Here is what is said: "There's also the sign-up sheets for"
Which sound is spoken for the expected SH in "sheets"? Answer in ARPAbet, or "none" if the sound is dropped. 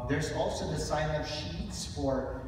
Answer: SH